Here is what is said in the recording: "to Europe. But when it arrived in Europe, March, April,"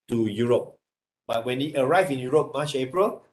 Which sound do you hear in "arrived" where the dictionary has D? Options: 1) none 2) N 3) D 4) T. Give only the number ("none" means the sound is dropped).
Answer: 1